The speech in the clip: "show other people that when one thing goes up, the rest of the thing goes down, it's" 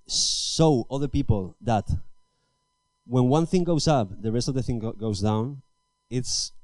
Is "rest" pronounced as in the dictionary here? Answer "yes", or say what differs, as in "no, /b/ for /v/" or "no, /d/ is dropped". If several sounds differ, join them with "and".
yes